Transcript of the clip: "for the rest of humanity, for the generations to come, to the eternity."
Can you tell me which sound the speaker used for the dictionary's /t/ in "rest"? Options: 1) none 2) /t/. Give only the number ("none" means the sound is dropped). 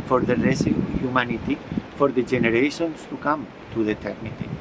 1